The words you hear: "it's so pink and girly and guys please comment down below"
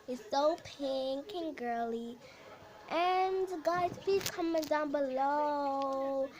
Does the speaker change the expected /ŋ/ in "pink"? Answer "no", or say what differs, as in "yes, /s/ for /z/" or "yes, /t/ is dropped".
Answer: no